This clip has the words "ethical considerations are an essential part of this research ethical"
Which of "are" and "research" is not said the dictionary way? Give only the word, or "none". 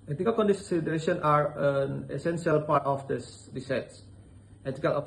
research